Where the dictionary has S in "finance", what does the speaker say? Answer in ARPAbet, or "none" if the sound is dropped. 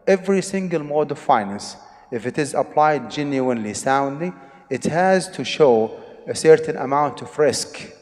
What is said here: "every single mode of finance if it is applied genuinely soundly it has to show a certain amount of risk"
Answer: S